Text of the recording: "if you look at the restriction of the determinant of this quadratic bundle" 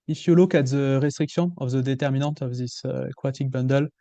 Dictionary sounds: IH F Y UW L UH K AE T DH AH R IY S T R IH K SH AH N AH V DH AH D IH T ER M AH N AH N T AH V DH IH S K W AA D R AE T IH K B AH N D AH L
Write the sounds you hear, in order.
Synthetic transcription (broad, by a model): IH F Y UW L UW K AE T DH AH R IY S T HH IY K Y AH AH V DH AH D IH T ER M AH N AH T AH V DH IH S K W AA T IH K B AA N D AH L